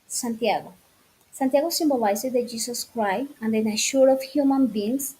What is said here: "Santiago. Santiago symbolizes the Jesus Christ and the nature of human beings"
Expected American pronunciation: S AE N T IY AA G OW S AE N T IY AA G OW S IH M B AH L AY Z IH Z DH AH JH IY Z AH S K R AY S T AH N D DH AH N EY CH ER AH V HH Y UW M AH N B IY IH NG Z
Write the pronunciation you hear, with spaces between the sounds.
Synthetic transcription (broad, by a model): S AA N T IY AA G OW S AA N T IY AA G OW S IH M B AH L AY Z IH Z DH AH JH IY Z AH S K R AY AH N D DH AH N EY SH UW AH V HH Y UW M AH N B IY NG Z